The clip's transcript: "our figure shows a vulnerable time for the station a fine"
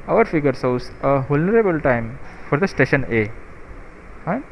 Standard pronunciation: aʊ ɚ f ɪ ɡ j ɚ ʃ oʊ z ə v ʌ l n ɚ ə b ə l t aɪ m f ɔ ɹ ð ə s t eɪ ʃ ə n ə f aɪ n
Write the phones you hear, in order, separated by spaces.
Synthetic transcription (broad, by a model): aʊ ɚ f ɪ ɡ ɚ s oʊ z ə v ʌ l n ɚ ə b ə l t aɪ m f ɔ ɹ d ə s t eɪ ʃ ə n ə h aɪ